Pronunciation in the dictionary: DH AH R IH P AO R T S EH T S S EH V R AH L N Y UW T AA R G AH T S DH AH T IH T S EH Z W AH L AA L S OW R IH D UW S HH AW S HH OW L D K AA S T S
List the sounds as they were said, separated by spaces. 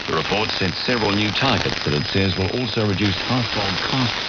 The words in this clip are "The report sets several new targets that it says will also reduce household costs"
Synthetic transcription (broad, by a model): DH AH R IH P AO R T S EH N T S EH V R AH L N Y UW T AA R G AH T S DH AH T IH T S EH Z W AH L AA L S OW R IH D UW S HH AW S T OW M K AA S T